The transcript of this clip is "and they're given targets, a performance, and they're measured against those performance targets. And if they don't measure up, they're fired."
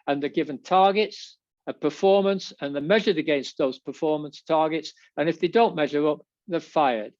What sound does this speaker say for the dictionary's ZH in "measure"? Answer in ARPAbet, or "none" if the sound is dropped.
ZH